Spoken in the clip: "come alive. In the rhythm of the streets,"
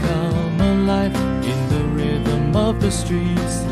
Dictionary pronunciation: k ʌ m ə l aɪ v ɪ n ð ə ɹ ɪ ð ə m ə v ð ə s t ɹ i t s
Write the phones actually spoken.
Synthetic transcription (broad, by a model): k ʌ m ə l aɪ f ɪ n ð ə ɹ ɪ ð ə m ə v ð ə s t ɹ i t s